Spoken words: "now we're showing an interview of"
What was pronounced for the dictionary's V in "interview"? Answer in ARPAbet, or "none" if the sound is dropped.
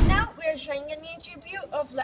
B